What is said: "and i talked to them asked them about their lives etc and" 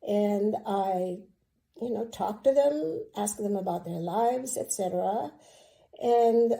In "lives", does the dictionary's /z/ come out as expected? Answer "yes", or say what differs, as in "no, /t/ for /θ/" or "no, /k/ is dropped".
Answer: yes